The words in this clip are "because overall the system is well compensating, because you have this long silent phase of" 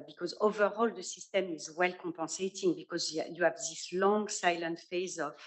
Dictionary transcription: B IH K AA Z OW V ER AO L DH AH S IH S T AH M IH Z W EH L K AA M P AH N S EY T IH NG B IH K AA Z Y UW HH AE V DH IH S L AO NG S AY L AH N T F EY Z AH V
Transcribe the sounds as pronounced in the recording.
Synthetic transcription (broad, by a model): B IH K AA Z OW V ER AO L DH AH S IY S T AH M IH Z W EH L K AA P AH S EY T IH NG B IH K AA Z Y UW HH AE V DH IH S L AO NG S AY L AH N T F EY Z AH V